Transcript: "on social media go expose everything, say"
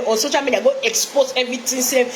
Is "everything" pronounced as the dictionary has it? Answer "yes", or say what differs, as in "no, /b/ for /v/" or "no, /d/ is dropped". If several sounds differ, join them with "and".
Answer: no, /t/ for /θ/